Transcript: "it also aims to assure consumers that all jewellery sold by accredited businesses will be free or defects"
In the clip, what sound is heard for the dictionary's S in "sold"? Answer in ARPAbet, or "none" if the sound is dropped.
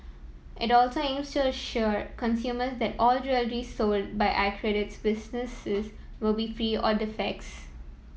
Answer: S